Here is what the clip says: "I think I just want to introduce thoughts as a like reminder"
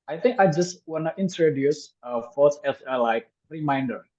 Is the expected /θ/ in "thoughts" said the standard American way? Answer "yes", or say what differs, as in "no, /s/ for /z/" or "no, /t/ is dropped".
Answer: no, /f/ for /θ/